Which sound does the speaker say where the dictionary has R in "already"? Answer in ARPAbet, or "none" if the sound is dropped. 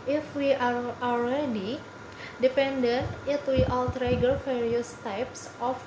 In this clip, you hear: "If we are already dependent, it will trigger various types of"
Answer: L